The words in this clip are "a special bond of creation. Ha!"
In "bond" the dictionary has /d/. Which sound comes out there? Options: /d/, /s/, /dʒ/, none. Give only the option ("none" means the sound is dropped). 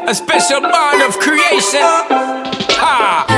none